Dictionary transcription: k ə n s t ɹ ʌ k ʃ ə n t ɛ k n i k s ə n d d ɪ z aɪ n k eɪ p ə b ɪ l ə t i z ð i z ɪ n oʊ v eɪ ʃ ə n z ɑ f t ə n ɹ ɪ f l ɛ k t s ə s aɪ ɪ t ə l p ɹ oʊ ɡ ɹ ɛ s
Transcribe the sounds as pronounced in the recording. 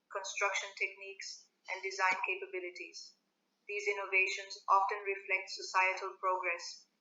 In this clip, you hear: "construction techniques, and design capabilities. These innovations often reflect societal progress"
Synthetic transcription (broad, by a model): k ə n s t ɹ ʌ k ʃ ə n t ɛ k n i k s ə n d d ɪ z aɪ n k eɪ p ə b ɪ l ə t i z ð i z ɪ n oʊ v eɪ ʃ ə n z ɑ f t ə n ɹ ɪ f l ɛ k t s ə s aɪ ɪ t ə l p ɹ oʊ ɡ ɹ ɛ s